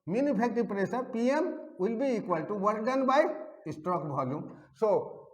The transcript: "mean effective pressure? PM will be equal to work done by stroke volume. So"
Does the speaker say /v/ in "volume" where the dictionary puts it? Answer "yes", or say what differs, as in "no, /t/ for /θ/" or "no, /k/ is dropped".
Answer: no, /b/ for /v/